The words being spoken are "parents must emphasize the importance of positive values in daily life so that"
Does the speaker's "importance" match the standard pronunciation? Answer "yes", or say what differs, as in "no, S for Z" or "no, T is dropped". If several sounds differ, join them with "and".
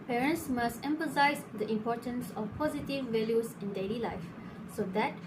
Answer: yes